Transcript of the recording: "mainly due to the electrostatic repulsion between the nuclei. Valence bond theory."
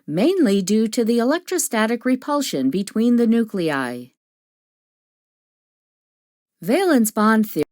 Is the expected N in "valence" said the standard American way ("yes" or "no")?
yes